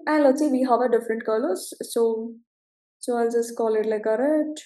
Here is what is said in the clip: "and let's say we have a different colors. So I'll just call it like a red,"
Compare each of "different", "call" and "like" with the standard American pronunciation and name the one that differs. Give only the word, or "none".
none